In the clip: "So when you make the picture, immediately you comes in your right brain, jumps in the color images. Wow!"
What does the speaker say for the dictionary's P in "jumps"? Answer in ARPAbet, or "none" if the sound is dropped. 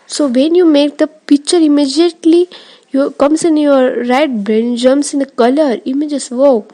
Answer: none